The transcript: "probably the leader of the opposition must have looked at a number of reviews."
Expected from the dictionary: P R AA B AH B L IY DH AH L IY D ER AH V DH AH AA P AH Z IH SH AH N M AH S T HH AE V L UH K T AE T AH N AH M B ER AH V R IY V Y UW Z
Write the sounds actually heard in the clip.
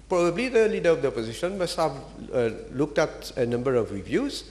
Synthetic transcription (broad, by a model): P R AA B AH B L IY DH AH L IY D ER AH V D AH AA P AH Z IH SH AH N M AH S T HH AE V L UH K T AE T AH N AH M B ER AH V R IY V Y UW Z